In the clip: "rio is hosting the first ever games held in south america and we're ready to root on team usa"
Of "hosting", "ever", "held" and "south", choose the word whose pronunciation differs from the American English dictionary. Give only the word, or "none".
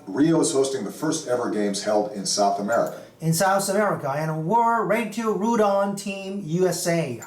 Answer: none